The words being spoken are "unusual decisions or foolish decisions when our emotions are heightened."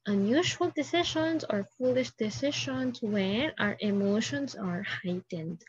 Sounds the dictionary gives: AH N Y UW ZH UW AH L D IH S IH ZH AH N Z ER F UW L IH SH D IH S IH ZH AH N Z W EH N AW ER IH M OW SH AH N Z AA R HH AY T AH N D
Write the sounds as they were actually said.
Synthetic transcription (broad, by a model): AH N Y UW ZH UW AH L D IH S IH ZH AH N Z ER F UW L IH SH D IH S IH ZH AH N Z W EH N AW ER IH M OW SH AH N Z AA R HH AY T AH N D